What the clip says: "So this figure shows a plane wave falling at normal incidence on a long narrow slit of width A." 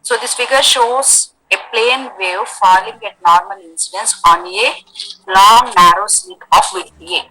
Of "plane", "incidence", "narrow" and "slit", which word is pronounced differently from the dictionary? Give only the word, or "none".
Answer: slit